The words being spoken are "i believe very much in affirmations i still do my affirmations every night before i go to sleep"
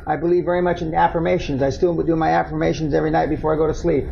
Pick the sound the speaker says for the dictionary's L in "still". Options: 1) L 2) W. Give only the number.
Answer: 2